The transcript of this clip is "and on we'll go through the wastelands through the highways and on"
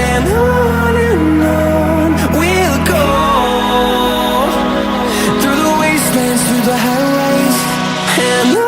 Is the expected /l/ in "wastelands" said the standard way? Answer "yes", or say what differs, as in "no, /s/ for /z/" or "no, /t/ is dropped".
no, /l/ is dropped